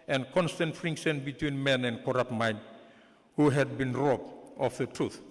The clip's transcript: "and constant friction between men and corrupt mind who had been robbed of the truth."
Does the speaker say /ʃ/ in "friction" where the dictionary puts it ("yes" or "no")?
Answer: no